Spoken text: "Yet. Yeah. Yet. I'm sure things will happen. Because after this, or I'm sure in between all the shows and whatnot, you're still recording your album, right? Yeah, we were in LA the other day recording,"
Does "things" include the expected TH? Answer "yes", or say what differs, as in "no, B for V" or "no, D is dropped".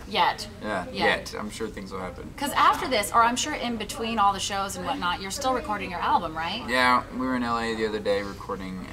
yes